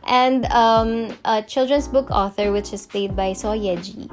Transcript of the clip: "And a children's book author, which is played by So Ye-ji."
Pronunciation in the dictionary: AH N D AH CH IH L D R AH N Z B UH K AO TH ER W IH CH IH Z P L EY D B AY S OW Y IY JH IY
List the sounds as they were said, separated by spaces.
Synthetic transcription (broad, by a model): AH N D AH CH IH L D R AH N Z B UH K AO TH ER W IH CH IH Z P L EY D B AY S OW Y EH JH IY